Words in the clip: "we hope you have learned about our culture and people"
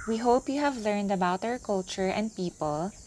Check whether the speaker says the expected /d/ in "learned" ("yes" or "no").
yes